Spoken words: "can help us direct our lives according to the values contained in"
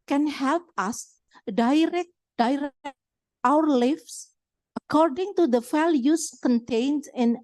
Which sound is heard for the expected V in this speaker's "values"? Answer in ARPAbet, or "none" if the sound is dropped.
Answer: F